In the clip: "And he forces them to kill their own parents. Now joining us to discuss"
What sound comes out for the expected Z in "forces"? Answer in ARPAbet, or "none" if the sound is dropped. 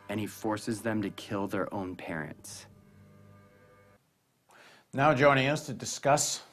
Z